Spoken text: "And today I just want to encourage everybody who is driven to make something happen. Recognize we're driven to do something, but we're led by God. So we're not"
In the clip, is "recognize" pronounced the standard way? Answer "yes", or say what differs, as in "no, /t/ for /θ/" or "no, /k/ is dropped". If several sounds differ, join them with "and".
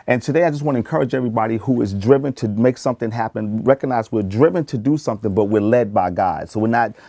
yes